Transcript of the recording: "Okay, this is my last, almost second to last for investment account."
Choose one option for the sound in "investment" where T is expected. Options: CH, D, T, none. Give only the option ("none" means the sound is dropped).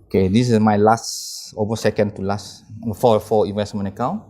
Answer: none